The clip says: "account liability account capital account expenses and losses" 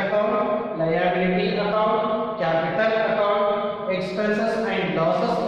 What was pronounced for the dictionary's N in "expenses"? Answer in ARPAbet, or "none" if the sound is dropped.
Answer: none